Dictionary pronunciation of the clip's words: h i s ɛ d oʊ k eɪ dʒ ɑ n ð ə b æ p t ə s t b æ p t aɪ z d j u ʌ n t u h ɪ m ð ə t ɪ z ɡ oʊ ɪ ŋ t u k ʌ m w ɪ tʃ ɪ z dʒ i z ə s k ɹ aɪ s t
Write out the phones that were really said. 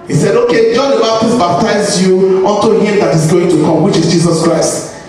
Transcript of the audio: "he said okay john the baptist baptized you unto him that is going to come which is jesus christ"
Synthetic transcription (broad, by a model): h i s ɛ d oʊ k eɪ dʒ ɑ n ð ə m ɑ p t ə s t b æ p t aɪ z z j u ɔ n t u h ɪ m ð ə t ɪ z ɡ oʊ ɪ ŋ t u k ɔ m w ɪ tʃ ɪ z dʒ i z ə s k ɹ aɪ s t